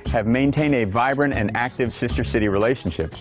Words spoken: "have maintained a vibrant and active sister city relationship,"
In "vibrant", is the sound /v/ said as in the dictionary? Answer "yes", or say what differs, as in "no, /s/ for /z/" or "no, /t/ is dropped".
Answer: yes